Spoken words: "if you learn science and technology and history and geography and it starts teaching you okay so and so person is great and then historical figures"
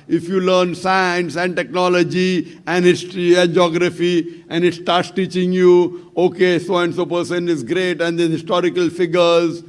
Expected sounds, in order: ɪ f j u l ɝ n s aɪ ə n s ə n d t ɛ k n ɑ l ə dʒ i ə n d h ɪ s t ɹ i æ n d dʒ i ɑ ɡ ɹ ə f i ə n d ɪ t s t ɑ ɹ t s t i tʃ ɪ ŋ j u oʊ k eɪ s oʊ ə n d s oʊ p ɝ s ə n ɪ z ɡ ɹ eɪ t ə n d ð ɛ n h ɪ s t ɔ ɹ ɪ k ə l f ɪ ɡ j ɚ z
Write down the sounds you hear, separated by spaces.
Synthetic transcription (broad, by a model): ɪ f j u l ɝ n s aɪ ə n s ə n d t ɛ k n ɑ l ə dʒ i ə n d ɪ t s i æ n dʒ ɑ ɡ ɹ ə f i ə n d ɪ t s t ɑ ɹ t s t i tʃ ɪ ŋ j u oʊ k eɪ s oʊ ə n d s oʊ p ɝ s ə n ɪ z ɡ ɹ eɪ t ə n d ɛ h ɪ s t ɔ ɹ ɪ k ə l f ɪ ɡ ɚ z